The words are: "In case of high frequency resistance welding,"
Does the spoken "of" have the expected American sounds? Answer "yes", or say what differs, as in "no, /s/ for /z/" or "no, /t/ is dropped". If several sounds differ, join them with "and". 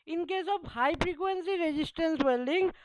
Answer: no, /p/ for /v/